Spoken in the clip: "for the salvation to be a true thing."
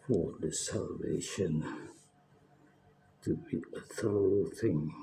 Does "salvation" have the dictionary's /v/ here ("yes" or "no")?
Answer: yes